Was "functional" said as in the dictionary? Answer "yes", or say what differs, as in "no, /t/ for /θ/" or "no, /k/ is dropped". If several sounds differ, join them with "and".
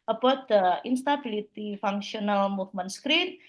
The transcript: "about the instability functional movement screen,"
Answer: no, /s/ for /ʃ/